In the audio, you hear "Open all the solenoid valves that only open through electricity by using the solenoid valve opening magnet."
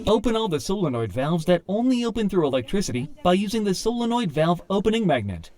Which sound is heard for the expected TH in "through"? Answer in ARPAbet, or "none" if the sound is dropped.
TH